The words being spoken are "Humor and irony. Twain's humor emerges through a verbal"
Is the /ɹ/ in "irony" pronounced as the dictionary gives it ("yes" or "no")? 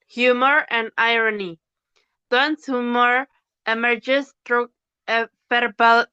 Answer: yes